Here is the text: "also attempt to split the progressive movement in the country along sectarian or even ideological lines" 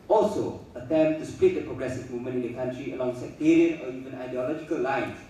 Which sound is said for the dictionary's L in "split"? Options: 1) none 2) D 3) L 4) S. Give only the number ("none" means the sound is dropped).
3